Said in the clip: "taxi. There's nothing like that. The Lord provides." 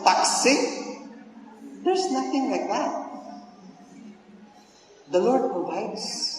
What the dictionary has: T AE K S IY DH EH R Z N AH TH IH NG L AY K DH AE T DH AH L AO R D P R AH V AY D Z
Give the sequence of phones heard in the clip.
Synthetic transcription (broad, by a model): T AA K S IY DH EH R S N AH TH IH NG L AY K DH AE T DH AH L AO R D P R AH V AY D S